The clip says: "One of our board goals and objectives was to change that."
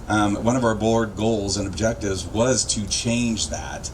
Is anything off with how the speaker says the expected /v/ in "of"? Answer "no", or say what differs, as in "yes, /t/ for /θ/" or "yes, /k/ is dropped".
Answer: no